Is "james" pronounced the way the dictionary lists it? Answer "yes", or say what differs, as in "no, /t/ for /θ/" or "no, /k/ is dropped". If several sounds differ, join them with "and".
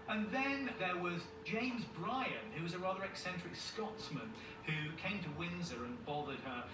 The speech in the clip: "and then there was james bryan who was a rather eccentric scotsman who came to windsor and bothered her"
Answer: yes